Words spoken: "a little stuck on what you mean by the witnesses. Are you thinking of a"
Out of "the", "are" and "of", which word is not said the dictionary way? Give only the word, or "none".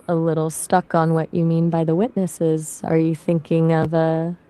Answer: none